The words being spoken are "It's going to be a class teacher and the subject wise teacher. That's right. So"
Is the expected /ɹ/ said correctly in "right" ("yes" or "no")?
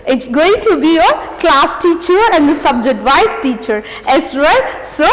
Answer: no